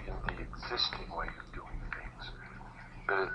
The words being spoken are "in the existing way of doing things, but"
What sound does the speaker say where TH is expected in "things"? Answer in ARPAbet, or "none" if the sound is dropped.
TH